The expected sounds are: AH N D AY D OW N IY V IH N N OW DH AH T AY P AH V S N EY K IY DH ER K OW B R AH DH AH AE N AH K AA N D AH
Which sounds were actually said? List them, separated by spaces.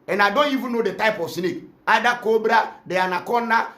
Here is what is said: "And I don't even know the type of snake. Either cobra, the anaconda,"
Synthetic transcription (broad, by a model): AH N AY D OW N IY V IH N N OW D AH T AY P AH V S N EY K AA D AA K OW B R AH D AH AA N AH K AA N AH